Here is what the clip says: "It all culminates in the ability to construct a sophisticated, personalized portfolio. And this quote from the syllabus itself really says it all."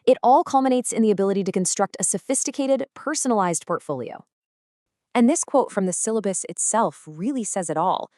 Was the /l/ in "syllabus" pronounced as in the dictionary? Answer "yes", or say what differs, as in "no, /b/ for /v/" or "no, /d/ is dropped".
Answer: yes